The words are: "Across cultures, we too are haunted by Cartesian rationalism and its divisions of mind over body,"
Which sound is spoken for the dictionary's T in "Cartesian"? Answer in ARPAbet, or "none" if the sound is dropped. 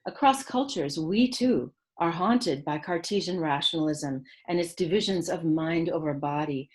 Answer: T